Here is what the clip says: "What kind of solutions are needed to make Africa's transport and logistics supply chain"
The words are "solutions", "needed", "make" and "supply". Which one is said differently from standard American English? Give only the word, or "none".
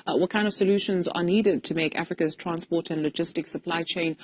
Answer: none